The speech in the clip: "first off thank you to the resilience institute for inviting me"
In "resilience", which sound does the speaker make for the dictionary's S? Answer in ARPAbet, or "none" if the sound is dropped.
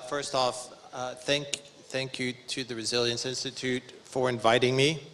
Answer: S